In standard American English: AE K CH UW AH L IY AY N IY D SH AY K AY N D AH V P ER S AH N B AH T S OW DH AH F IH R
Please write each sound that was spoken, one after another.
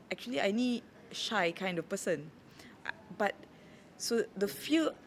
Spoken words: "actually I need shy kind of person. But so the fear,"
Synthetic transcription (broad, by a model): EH K CH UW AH L IY AY N IY D SH AY K AY N D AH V P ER S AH N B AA T S OW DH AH F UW